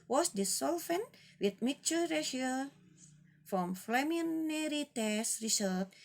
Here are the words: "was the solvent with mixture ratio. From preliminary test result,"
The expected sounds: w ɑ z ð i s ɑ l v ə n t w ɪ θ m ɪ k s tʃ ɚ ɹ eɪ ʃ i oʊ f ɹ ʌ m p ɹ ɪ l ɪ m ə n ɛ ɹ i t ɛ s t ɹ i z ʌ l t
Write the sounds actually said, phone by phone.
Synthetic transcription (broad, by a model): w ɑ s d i s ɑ l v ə n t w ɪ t m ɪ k tʃ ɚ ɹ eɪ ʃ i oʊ f ɹ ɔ m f l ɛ m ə n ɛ ɹ i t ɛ s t ɹ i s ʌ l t